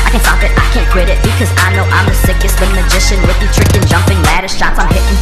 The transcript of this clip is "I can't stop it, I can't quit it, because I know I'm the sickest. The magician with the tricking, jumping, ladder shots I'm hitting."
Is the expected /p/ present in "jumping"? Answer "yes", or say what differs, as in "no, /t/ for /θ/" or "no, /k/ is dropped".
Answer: yes